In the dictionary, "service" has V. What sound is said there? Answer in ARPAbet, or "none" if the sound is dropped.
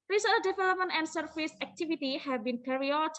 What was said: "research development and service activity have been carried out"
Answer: F